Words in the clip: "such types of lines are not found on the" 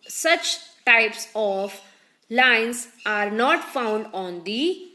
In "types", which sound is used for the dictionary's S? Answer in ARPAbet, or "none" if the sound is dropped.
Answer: S